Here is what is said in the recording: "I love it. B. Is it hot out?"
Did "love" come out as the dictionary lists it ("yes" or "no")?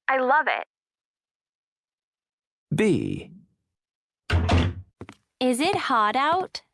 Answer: yes